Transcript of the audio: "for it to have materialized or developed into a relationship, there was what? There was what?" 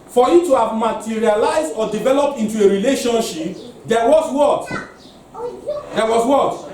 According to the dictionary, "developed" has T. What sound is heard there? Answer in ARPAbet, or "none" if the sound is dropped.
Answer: T